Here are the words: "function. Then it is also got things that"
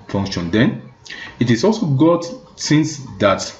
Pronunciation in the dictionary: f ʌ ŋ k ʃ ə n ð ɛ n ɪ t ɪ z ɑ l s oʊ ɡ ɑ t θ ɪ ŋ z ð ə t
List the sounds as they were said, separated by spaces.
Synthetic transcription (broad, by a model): f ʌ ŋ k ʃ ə n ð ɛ n ɪ t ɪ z ɑ l s oʊ ɡ ɑ t s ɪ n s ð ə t